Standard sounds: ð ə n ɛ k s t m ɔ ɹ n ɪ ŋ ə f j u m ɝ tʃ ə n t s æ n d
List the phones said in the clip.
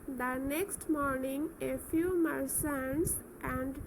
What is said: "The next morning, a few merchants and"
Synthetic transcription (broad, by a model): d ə n ɛ k s t m ɔ ɹ n ɪ ŋ ə f j u m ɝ s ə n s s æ n d